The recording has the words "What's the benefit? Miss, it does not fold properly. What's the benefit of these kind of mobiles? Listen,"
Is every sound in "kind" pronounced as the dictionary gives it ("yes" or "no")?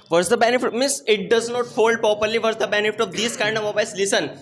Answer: yes